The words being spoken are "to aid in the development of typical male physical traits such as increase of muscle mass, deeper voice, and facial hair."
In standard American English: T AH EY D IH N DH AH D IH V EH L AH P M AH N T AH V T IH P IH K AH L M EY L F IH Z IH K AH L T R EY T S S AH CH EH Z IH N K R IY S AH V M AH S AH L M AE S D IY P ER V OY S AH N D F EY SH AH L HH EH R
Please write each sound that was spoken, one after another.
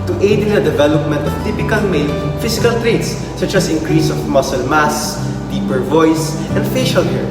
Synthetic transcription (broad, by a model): T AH EY D IH N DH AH D IH V EH L AH P M AH N T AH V T IH P IH K AH L M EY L F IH S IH K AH L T R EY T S S AH CH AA S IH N K R IY S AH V M AH S AH L M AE S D IY P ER V OY S AH N D F EY SH AH L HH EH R